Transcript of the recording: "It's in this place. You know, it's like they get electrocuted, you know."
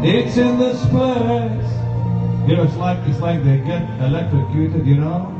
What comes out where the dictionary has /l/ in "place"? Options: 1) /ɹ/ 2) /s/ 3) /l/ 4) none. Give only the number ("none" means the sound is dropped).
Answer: 4